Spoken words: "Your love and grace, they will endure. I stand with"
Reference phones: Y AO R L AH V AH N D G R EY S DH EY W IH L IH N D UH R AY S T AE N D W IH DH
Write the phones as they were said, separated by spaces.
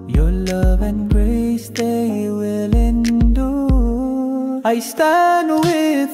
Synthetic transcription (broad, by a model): Y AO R L AH V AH N G R EY S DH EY W IH L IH N D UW AY S T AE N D W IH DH